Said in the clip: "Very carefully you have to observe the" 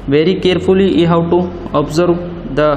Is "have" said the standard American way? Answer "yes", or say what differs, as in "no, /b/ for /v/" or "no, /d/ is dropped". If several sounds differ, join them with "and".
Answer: no, /w/ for /v/